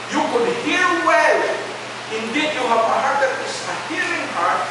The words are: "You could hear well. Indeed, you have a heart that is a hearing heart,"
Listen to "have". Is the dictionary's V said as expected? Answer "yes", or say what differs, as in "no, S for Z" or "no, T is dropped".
no, P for V